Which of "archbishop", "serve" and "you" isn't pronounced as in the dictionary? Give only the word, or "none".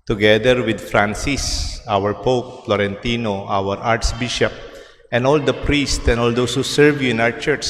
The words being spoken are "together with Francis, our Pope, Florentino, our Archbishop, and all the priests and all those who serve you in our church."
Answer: archbishop